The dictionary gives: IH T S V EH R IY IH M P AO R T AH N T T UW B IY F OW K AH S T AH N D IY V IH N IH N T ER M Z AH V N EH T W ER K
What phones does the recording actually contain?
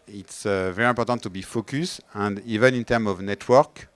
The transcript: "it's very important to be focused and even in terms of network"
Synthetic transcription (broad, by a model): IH T S V EH R IY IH P AO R T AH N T T UW B IY F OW K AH S AH N D IY V IH N IH N T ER M AH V N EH T W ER K